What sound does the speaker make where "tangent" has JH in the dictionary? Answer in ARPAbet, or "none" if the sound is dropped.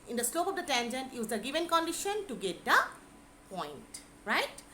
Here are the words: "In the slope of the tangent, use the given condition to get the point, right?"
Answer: JH